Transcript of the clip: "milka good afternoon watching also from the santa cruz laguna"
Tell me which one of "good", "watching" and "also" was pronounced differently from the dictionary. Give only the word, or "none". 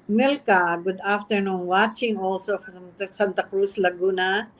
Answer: none